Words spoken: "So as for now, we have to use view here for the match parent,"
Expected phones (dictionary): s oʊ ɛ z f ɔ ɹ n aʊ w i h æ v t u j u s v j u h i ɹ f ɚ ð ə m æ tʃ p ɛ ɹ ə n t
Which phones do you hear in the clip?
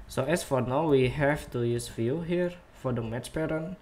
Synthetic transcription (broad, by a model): s oʊ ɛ s f ɔ ɹ n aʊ w i h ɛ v t u j u s f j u h i ɹ f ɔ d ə m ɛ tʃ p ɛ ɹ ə n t